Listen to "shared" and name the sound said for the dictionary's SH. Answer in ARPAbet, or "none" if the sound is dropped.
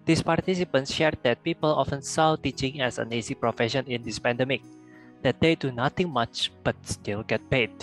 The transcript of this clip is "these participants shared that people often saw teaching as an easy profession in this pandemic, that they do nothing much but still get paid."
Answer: SH